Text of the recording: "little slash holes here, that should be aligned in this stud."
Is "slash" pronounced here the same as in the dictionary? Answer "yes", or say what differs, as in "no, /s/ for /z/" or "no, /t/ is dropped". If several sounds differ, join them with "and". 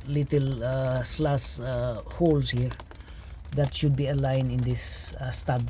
no, /s/ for /ʃ/